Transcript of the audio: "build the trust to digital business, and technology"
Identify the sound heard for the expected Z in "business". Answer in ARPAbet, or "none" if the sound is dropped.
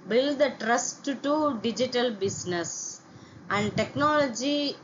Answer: S